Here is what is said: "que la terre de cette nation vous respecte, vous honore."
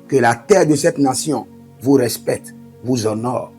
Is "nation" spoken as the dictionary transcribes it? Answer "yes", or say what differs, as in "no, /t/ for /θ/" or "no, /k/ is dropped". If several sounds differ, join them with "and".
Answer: no, /s/ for /ʃ/